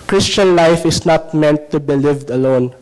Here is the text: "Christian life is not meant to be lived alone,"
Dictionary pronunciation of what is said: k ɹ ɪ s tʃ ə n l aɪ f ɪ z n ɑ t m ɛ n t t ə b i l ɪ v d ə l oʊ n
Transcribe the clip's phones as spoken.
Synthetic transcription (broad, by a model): k ɹ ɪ s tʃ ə n l aɪ f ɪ s n ɑ t m ɛ n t t ə b i l ɪ v d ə l oʊ n